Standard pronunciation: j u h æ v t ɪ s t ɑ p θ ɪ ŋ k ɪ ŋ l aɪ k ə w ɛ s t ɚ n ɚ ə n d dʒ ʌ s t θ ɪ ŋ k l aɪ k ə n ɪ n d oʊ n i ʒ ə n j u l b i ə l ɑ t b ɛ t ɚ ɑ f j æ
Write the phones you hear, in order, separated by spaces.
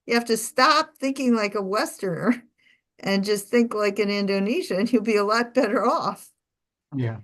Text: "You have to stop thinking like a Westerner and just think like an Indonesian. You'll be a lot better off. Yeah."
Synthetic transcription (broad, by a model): j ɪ h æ f t ɪ s t ɑ p θ ɪ ŋ k ɪ ŋ l aɪ k ə w ɛ s t ɚ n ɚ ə n dʒ ʌ s t θ ɪ ŋ k l aɪ k ə n ɪ n d oʊ n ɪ ʃ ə n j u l b i ə l ɑ t b ɛ t ɚ ɑ f j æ